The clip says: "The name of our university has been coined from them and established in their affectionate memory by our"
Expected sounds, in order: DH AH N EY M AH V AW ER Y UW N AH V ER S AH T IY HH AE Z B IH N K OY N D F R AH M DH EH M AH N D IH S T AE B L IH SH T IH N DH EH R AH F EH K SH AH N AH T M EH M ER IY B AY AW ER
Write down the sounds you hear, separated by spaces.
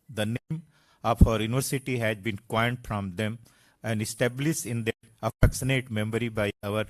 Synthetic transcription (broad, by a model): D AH N EY M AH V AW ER Y UW N AH V ER S AH T IY HH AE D B IH N K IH N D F R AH M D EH M AH N D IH S T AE B L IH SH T IH N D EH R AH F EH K S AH N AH T M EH M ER IY B AY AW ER